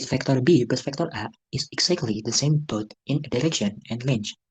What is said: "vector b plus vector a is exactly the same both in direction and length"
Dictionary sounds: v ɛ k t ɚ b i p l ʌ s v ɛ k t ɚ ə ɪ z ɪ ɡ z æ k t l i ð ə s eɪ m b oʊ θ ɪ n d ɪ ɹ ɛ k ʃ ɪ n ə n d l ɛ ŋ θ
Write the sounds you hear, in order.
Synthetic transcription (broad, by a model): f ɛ k t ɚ b i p ʌ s f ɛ k t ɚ ə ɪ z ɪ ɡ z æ k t l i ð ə s eɪ m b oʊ t ɪ n d ɪ ɹ ɛ k ʃ ɪ n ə n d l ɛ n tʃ